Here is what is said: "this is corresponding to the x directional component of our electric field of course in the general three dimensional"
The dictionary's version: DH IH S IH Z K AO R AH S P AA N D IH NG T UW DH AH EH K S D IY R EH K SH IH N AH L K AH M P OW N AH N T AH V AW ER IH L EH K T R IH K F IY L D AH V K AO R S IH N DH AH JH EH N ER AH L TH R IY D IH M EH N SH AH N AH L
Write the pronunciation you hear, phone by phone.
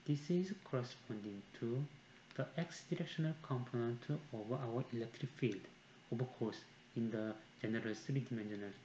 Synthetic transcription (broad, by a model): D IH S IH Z K AO R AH S P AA N D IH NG T UW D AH EH K S D IY R EH K SH IH N AH L K AH M P OW N AH N T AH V AW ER IH L EH K T R IH K F IY L D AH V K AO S IH N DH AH JH EH N ER AH L S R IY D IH M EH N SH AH N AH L